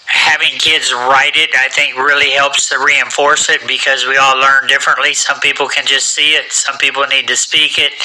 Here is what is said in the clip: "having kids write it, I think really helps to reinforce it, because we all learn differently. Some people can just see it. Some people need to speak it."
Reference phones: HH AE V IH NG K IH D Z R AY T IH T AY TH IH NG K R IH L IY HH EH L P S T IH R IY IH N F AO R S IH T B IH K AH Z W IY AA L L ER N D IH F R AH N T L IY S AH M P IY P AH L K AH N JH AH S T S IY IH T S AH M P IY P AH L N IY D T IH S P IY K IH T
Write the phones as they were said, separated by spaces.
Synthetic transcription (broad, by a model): HH AE V IH NG K IH D Z R AY T IH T AY TH IH NG K R IH L IY HH EH L P S T IH R IY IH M F AO R S IH T B IH K AH Z W IY AA L L ER N D IH F R AH N T L IY S AH M P IY P L K AH N JH AH S T S IY IH T S AH M P IY P L N IY D T IH S P IY K IH T